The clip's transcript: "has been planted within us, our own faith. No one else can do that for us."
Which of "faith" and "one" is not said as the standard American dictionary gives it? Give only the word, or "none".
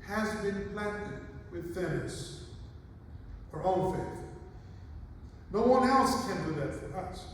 none